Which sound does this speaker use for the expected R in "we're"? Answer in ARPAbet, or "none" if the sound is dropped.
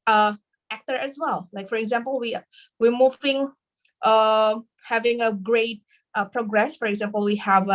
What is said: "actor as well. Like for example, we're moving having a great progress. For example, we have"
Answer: W